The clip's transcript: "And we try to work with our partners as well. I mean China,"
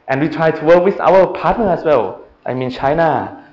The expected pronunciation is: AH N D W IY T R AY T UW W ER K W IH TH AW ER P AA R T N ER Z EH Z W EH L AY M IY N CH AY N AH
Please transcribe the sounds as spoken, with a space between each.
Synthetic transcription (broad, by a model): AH N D W IY T R AY T UW W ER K W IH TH AW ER P AA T N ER EH S W EH L AY M IY N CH AY N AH